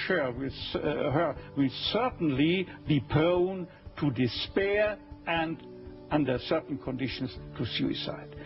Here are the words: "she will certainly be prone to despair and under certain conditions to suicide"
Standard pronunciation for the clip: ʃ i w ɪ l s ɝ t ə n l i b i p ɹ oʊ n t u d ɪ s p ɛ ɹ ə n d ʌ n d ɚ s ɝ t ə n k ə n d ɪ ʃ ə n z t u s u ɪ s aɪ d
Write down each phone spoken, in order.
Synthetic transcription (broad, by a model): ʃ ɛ w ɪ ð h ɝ s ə n l i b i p oʊ n t u d ɪ s p ɛ ɹ ə n d ʌ n d ɚ s ɝ t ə n k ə n d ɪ ʃ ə n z t u s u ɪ s aɪ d